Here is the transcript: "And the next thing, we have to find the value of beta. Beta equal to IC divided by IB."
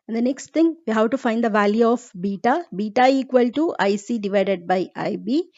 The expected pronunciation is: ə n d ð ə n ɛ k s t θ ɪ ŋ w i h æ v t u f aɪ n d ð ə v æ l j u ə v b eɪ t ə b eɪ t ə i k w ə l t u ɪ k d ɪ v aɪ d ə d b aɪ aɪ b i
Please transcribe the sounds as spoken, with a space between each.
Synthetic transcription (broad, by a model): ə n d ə n ɛ k s t t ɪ ŋ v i h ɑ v t u f aɪ n d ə v æ l j u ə f b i t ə b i t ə i k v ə l t u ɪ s d ɪ v aɪ d ə d b aɪ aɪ b i